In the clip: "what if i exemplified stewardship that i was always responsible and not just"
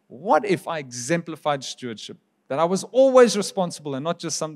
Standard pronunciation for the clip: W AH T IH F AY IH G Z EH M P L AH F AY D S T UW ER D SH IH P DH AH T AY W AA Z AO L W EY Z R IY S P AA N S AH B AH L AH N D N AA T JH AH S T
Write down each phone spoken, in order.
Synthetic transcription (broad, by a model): W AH T IH F AY IH G Z EH M P L AH F AY D S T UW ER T SH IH P DH AH T AY W AA Z AO L W EY Z R IY S P AA N S AH B AH L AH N N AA T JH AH S T